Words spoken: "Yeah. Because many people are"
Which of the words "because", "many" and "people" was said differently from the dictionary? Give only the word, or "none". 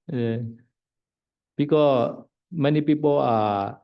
because